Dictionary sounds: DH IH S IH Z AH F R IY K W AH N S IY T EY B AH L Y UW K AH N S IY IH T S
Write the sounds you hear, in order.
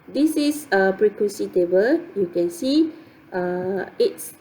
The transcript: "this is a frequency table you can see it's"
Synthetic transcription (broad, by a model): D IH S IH S AH P R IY K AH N S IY T EY B AH L Y UW K AH N S IY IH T S